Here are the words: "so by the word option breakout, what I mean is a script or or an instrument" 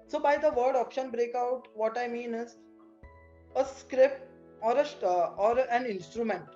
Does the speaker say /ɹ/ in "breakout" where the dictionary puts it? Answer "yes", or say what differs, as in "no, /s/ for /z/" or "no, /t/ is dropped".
yes